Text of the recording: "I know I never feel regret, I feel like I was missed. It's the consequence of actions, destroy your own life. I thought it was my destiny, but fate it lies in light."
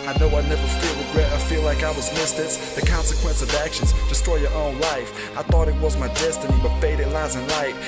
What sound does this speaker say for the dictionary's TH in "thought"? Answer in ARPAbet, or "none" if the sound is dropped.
TH